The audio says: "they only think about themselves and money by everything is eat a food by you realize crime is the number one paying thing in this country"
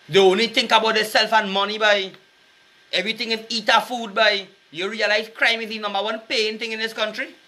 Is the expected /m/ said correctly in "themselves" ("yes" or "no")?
no